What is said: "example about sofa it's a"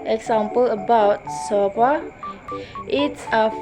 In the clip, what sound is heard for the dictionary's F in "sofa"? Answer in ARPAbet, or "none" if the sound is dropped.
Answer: P